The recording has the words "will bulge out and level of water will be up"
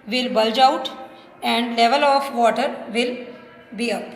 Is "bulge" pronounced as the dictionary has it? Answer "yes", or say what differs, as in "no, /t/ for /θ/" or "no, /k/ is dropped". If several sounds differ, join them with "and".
yes